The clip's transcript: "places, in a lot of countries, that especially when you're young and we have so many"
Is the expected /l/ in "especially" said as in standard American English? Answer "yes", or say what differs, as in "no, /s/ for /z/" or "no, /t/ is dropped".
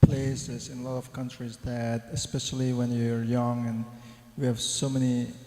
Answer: yes